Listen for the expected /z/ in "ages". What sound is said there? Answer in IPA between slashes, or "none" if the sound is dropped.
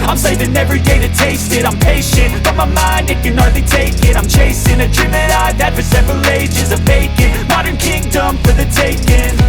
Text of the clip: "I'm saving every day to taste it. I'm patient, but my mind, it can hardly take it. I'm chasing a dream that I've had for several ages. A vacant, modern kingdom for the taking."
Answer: /z/